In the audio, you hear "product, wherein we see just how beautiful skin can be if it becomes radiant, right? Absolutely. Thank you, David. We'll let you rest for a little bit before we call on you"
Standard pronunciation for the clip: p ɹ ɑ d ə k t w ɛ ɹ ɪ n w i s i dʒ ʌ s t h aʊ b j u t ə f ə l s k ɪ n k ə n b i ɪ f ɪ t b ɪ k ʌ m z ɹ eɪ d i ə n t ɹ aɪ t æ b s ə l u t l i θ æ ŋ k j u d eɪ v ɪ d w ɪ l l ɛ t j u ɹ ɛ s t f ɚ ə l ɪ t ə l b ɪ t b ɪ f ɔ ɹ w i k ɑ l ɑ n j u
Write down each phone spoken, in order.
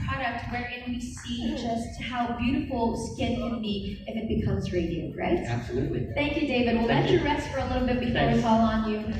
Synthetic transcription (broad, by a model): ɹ ɑ d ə k t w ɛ ɹ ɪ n w i s i dʒ ʌ s t h aʊ b j u t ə f l s k ɪ n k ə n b i ɪ f ɪ t b ɪ k ʌ m z ɹ eɪ d i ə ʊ ɹ aɪ t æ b s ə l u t l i θ æ ŋ k j u d eɪ v ɪ d w ɪ l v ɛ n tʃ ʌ ɹ ɛ s t f ɚ ə l ɪ t l b ɪ t b ɪ f ɔ ɹ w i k ɑ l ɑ n j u